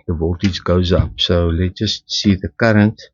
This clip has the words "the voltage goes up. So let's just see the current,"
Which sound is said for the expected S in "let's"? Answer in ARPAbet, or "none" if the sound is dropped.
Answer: none